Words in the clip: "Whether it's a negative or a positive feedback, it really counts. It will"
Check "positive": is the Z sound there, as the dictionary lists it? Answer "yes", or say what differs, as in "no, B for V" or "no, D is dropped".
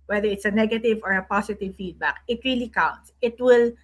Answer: no, S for Z